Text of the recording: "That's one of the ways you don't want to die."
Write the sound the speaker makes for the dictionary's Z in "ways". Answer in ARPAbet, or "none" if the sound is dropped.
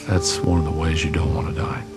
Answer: Z